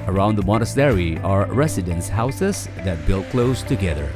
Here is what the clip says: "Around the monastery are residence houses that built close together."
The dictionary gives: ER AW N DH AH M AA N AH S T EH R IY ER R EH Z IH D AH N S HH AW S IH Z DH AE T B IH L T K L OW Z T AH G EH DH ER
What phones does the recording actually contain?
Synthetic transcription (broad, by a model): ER AW N DH AH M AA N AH S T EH R IY ER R EH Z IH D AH N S HH AW S IH Z DH AE T B IH L T K L OW Z T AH G EH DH ER